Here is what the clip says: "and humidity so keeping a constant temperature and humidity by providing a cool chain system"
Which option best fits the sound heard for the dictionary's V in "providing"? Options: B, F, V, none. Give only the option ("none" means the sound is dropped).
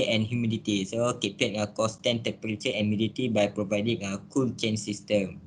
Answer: V